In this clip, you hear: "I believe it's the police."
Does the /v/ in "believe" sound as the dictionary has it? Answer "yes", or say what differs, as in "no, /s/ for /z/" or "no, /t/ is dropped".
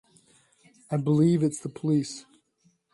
yes